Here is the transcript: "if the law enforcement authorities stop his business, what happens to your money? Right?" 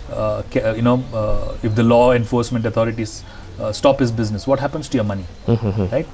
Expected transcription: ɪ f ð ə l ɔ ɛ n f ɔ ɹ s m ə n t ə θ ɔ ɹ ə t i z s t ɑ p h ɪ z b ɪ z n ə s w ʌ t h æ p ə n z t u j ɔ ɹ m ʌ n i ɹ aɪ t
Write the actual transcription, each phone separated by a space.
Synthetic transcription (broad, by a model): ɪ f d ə l ɔ ɛ n f ɔ ɹ s m ə n t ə t ɔ ɹ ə t i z s t ɑ p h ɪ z b ɪ z n ə s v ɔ t h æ p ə n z t u j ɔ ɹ m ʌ n i ɹ aɪ t